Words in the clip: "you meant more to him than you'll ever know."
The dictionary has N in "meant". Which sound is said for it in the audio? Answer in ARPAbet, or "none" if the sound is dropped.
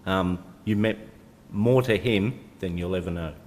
none